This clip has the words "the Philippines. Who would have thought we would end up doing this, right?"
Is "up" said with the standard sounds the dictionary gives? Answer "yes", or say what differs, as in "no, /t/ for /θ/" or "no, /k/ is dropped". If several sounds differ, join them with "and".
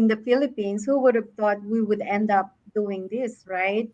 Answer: yes